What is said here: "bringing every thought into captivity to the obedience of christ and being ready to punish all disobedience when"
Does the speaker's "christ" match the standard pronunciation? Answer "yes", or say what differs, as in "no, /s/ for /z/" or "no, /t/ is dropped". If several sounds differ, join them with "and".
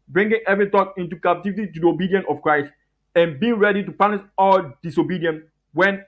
yes